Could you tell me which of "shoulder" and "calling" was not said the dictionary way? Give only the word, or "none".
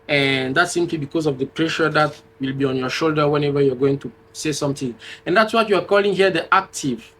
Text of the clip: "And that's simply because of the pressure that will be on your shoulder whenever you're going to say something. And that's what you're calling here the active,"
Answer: none